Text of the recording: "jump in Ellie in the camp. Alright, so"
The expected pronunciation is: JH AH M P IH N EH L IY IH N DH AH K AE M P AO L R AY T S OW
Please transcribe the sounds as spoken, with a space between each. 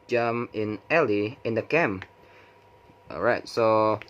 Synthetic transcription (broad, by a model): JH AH M IH N EH L IY IH N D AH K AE M AO R AY T S OW